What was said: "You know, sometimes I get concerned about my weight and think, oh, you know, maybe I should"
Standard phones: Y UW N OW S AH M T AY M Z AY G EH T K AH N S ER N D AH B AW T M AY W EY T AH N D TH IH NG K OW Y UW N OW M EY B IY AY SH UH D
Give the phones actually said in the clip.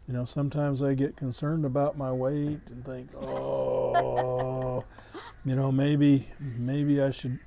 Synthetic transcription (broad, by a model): Y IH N OW S AH M T AY M Z AY G EH T K AH N S ER N D AH B AW T M AY W EY T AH N TH IH NG K OW Y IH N OW M EY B IY AY SH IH D